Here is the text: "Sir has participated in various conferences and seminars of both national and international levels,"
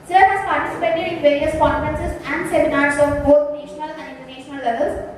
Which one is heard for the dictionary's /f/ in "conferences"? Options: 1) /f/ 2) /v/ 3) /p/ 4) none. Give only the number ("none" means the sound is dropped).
4